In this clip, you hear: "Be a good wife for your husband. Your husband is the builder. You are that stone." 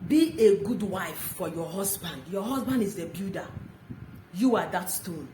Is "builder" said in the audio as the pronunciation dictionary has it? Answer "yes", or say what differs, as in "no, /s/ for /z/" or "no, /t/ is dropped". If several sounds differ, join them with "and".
no, /l/ is dropped